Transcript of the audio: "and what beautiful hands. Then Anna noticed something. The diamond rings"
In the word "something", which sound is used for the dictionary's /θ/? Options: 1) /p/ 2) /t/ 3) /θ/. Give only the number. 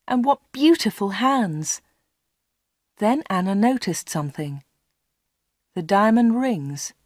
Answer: 3